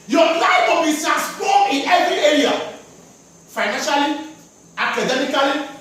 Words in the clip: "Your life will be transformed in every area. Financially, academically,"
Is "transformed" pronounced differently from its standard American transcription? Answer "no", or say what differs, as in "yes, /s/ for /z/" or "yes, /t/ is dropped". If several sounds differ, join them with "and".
yes, /n/ is dropped and /p/ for /f/